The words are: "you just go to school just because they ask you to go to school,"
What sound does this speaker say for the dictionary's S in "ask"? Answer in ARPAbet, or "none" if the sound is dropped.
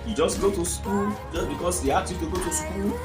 none